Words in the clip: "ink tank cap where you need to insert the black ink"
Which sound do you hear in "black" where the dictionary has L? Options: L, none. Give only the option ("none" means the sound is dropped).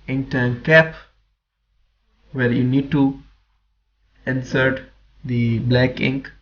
L